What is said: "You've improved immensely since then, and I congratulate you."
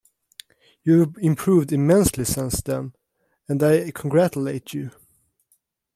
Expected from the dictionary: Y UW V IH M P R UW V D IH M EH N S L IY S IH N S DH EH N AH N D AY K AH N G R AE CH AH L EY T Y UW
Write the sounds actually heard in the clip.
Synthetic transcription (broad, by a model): Y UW IH M P R UW V D IH M EH N S L IY S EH N S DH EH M AH N D AY K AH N G R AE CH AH L EY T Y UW